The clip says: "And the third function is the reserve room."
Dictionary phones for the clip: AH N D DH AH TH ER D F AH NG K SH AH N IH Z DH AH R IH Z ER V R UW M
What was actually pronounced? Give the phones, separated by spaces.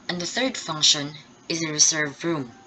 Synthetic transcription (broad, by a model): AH N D DH AH TH ER D F AH NG K SH AH N IH Z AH R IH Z ER V R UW M